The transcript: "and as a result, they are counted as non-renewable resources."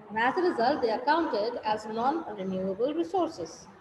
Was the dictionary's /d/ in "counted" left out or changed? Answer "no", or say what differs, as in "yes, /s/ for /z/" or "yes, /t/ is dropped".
no